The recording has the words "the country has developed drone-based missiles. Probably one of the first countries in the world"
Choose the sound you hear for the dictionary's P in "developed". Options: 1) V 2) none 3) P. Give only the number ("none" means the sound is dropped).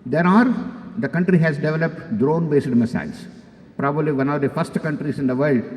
3